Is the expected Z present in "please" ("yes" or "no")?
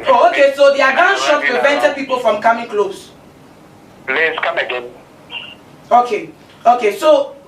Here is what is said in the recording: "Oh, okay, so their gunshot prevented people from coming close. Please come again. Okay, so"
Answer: no